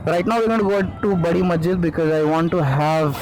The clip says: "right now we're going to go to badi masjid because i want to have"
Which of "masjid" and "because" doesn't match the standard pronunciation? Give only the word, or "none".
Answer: masjid